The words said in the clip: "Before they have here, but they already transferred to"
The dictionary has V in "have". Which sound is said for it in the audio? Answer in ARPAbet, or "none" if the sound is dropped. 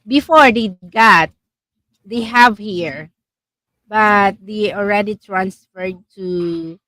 V